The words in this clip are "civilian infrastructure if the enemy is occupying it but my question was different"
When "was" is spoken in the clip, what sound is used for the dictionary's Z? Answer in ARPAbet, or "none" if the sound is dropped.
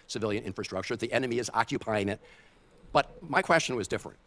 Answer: Z